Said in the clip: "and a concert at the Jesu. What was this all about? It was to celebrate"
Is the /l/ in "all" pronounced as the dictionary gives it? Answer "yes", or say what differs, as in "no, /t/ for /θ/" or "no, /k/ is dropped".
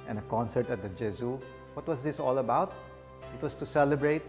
yes